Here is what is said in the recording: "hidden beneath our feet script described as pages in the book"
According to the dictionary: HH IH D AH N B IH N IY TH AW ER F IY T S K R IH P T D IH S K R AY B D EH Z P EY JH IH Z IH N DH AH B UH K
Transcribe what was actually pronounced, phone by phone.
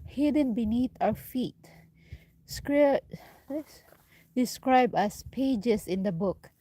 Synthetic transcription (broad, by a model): HH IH D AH N B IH N IY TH AW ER F IY T S K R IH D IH S K R AY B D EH S P EY JH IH S IH N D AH B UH K